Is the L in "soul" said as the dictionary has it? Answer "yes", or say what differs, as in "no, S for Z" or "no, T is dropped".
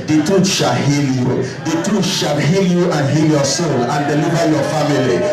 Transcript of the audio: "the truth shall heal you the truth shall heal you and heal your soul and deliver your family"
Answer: no, N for L